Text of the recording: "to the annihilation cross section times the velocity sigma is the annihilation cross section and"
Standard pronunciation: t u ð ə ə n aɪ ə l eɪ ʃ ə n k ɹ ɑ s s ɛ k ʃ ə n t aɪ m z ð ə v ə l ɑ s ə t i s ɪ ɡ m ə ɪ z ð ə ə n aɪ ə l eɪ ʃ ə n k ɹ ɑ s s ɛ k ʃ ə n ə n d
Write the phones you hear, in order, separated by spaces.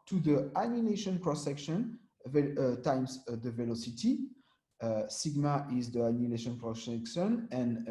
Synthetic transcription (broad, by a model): t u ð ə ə n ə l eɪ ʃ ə n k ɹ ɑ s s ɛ k ʃ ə n t aɪ m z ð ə v ə l ɑ s ə t i s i ɡ m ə ɪ z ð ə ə n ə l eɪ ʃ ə n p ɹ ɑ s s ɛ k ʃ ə n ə n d